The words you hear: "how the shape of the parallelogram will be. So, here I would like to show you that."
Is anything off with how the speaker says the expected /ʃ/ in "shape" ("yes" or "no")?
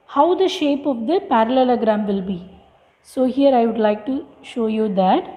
no